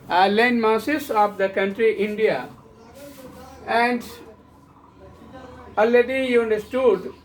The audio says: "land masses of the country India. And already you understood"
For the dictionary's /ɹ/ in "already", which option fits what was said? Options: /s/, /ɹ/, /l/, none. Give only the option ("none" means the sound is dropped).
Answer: none